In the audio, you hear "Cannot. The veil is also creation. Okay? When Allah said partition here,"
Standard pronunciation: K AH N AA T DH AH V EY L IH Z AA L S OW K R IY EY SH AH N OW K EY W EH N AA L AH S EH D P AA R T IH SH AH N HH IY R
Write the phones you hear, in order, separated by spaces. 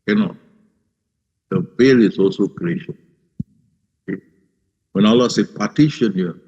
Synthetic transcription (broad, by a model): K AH N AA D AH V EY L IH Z AA L S OW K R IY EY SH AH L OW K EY W EH N AA L AH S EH P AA T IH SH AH N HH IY